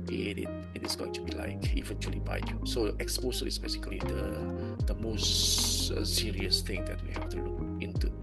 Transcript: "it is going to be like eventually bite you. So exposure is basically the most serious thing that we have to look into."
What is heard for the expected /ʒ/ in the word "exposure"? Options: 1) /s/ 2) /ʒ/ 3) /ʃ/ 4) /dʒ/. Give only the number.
1